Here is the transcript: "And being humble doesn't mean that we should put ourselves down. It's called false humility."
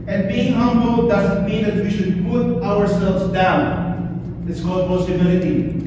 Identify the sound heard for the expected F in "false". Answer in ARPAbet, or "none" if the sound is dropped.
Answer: P